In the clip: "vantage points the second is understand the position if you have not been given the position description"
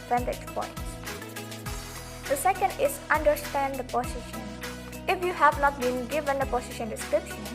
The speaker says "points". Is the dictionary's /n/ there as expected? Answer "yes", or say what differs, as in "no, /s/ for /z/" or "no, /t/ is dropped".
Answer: no, /n/ is dropped